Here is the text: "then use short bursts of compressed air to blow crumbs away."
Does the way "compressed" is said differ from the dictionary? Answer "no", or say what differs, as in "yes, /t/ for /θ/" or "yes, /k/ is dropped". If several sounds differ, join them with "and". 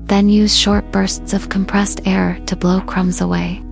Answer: no